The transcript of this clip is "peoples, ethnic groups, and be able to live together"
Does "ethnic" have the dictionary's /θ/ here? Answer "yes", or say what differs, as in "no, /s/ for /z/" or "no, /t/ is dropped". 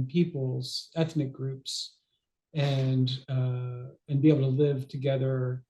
yes